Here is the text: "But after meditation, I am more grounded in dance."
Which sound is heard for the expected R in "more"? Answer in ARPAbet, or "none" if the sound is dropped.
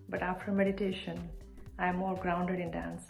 L